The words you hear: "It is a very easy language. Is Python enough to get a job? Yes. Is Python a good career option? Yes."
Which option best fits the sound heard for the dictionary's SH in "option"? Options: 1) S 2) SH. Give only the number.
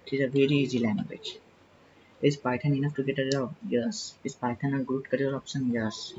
1